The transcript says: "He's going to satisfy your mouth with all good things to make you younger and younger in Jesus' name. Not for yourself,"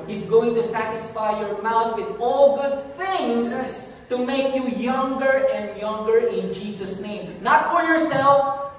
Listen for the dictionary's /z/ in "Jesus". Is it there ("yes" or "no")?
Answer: no